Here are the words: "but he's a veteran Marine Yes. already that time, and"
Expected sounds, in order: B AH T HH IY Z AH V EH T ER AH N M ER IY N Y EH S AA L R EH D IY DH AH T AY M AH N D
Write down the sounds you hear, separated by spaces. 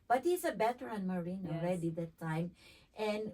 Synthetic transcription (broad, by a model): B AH T HH IY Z AH B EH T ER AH N M ER IY N AA L R EH D IY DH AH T AY M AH N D